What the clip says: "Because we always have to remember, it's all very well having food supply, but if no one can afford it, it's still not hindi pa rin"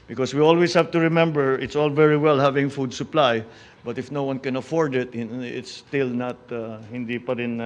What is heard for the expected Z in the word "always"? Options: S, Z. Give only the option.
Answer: S